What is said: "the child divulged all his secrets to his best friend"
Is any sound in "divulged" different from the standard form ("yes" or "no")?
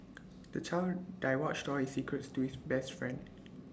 yes